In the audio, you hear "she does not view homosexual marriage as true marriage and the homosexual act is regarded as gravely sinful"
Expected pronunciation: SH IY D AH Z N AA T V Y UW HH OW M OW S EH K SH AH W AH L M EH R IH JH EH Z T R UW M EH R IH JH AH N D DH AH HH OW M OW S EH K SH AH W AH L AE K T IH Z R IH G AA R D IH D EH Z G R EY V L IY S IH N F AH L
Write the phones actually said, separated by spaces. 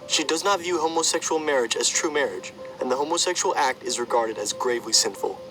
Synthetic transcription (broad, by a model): SH IY D AH Z N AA T V Y UW HH OW M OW S EH K SH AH L M EH R IH JH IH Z T R UW M EH R IH JH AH N DH AH HH OW M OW S EH K SH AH L AE K T IH Z R IH G AA R D IH D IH Z G R EY V L IY S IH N F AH L